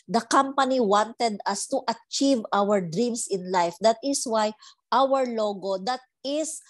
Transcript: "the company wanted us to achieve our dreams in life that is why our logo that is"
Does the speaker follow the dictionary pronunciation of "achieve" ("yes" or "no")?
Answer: yes